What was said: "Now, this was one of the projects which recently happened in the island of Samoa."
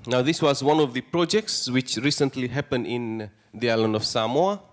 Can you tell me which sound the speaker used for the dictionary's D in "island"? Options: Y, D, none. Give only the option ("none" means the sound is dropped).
none